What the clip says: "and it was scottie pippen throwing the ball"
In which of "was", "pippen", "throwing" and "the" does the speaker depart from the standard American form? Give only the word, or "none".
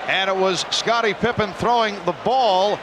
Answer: none